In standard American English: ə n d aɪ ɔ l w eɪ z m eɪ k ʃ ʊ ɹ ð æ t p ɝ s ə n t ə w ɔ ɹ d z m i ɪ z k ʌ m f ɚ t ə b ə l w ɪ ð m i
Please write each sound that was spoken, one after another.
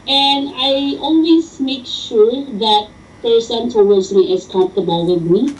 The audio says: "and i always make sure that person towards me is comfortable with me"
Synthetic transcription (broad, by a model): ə n aɪ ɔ n w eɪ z m eɪ k ʃ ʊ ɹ ð æ t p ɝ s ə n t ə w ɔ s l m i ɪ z k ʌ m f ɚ t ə b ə l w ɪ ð m i